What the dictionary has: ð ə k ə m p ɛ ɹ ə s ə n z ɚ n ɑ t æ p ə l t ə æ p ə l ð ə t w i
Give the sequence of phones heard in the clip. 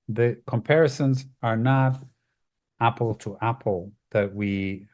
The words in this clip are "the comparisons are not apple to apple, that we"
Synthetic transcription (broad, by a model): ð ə k ə m p ɛ ɹ ə s ə n z ɚ n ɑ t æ p l t ə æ p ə l ð ə t w i